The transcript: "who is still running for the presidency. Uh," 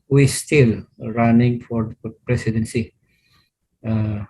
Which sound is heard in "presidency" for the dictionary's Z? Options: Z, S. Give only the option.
S